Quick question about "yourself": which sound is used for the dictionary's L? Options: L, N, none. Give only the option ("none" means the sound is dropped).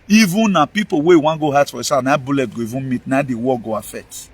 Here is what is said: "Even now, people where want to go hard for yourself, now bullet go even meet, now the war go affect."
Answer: none